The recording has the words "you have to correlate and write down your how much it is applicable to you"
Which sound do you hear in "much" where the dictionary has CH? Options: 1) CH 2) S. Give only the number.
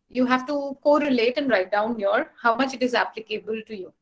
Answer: 1